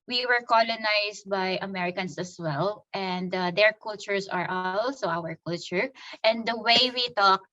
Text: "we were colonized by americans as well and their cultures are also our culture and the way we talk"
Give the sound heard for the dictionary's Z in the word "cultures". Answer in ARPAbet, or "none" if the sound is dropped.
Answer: S